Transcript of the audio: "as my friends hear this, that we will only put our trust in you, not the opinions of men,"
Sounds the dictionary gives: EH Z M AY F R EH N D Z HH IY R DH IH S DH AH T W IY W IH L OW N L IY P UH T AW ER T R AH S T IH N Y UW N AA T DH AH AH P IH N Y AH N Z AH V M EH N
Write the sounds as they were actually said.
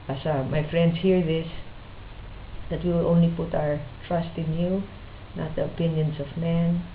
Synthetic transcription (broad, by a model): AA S M AY F R EH N D S HH IY R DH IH S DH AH T W IY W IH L OW N L IY P UH T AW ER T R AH S T IH N Y UW N AA T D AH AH P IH N Y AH N S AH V M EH N